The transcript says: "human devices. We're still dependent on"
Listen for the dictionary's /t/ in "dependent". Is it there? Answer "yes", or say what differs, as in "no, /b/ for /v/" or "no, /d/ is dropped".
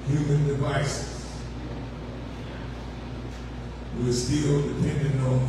no, /t/ is dropped